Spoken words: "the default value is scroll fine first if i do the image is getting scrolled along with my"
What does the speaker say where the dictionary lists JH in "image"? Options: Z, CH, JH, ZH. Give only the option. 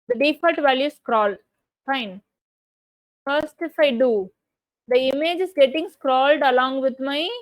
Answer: JH